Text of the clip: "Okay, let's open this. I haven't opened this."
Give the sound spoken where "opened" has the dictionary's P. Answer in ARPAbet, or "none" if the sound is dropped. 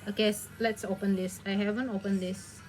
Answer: P